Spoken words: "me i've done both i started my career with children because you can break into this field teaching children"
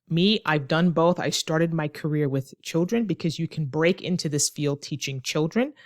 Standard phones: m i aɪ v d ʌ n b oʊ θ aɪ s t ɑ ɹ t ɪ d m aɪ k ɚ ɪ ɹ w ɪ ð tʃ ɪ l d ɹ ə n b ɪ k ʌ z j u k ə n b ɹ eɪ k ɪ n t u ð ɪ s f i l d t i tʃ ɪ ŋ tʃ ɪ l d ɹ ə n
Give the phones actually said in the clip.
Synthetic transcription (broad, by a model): m i aɪ v d ʌ n b oʊ θ aɪ s t ɑ ɹ t ɪ d m aɪ k ɚ ɪ ɹ w ɪ ð tʃ ɪ l d ɹ ə n b ɪ k ʌ z j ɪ k n b ɹ eɪ k ɪ n t u ð ɪ s f i l d t i tʃ ɪ ŋ tʃ ɪ l d ɹ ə n